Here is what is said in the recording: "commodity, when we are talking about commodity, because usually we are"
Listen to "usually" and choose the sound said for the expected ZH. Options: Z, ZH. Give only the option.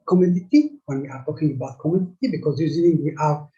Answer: Z